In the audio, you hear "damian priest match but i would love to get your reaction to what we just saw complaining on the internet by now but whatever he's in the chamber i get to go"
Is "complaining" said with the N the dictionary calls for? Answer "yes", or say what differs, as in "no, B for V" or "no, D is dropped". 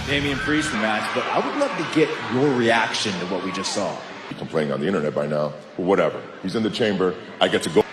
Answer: no, N is dropped